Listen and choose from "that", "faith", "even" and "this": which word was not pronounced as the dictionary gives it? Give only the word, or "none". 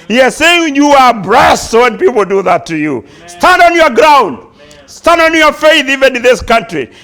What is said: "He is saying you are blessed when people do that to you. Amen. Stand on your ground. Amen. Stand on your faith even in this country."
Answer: none